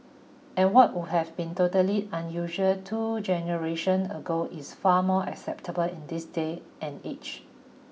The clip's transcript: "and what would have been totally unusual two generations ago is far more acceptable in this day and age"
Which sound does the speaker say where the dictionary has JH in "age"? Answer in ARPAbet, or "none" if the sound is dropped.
CH